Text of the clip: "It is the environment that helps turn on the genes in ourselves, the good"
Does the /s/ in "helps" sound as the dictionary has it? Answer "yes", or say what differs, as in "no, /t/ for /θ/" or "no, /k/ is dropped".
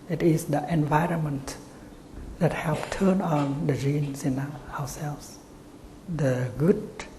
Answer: no, /s/ is dropped